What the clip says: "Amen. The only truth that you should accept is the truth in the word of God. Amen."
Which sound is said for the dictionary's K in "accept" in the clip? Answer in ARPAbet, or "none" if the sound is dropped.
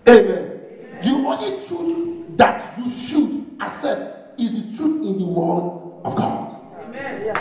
none